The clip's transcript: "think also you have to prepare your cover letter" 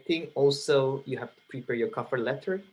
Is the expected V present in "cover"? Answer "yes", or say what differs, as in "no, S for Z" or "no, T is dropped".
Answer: no, F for V